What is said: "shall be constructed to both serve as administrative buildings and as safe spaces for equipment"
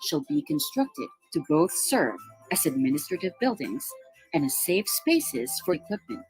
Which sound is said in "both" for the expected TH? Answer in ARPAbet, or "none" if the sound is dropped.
TH